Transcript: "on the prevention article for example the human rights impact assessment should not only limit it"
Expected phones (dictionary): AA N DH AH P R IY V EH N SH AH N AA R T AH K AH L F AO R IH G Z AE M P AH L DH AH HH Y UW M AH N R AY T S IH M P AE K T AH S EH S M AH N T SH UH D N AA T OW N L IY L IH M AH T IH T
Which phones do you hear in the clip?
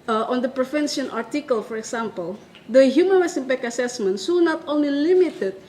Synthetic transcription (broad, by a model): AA N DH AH P R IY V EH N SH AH N AA R T AH K AH L F AO R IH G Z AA M P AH L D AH HH Y UW M AH N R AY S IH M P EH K AH S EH S M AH N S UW N AA T OW N L IY L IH M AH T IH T